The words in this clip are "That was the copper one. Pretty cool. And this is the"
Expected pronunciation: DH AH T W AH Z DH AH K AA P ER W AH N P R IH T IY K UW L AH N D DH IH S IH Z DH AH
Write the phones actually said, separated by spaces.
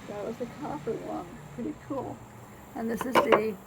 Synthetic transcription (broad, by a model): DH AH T W AH Z DH AH K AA F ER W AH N P R IH T IY K UW L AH N DH IH S IH Z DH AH